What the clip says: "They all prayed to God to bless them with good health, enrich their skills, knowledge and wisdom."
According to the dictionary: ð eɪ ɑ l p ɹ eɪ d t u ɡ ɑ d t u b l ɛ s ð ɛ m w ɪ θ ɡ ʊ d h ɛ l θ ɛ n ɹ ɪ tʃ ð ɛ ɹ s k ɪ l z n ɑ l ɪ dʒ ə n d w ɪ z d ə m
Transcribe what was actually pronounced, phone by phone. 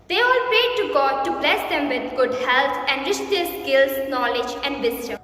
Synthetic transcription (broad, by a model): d eɪ ɑ l p eɪ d t u ɡ ɑ d t u b l ɛ s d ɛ m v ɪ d ɡ ʊ d h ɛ l t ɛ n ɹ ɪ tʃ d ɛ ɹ s k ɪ l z n ɑ l ɪ dʒ ə n d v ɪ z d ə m